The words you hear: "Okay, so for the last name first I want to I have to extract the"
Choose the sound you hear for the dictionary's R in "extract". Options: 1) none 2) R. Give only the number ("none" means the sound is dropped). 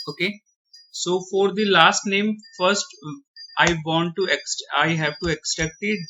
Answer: 1